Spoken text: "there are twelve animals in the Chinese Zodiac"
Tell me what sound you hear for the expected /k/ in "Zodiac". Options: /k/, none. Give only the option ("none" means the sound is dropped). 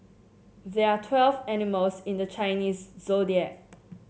none